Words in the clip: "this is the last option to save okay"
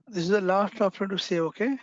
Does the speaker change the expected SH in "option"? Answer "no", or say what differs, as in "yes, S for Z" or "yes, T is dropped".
yes, SH is dropped